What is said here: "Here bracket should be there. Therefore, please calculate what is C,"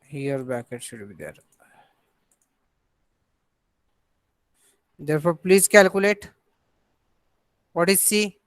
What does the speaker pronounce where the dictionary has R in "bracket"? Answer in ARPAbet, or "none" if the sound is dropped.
none